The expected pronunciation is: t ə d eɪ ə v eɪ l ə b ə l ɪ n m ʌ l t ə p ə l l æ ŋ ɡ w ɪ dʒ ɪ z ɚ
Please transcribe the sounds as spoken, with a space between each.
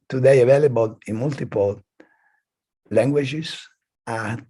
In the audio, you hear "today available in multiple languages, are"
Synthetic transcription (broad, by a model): t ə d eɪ ə v eɪ l ə b ə l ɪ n m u l t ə p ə l l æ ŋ ɡ w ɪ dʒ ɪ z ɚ